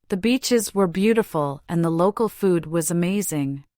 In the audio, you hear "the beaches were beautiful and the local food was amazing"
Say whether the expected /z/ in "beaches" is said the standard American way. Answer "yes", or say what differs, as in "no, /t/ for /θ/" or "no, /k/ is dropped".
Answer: yes